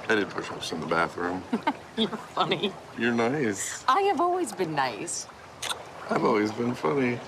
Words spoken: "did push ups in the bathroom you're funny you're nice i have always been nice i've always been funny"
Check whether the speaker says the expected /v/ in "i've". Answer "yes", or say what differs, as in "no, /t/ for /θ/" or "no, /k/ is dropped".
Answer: yes